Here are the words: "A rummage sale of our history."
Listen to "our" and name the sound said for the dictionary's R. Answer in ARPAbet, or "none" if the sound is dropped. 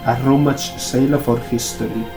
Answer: R